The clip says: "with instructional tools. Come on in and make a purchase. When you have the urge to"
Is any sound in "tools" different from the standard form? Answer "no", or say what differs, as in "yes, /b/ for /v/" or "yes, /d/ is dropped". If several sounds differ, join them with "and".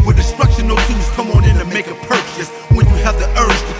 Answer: yes, /l/ is dropped